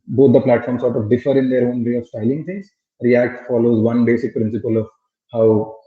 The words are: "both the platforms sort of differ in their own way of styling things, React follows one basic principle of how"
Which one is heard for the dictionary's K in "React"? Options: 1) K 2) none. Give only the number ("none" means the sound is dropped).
1